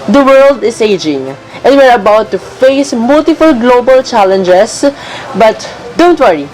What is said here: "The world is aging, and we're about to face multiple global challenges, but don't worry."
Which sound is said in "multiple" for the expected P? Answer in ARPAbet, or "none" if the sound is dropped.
F